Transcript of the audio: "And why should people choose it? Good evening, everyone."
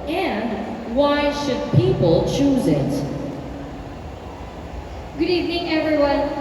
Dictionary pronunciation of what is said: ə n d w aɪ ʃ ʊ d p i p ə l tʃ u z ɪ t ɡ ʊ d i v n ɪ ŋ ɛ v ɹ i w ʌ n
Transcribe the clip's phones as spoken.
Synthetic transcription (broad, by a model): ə n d w aɪ ʃ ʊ d p i p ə l tʃ u z ɪ t ɡ ʊ d i v n ɪ ŋ ɛ v ɹ i w ʌ n